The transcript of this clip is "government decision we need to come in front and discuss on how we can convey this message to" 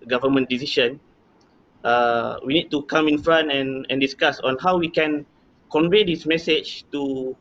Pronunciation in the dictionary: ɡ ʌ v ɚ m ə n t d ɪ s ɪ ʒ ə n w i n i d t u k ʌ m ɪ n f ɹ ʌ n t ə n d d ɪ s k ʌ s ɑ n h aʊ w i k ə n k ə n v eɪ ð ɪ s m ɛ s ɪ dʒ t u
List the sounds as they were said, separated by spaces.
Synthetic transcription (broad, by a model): ɡ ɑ v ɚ m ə n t d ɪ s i ʃ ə n w i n i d t u k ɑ m ɪ n f ɹ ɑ n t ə n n d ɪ s k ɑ s ɑ n h aʊ w i k ə n k ə n v eɪ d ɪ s m ɛ s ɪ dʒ t u